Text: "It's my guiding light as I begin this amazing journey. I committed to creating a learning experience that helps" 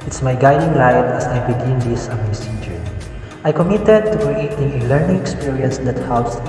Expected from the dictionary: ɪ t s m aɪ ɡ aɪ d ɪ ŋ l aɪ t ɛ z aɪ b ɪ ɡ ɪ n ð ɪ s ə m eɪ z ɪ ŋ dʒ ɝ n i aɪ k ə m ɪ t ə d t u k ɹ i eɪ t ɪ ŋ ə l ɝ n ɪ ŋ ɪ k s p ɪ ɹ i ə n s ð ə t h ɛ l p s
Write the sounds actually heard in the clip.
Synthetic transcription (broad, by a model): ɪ t s m aɪ ɡ aɪ d ɪ ŋ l aɪ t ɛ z aɪ b ɪ ɡ ɪ n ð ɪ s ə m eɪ s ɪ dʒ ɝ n aɪ k ə m ɪ t ə d t u k ɹ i eɪ t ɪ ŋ ə l ɝ n ɪ ŋ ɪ k s p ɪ ɹ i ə n s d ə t h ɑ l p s